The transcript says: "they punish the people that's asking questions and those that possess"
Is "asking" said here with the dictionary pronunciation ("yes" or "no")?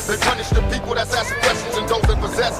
no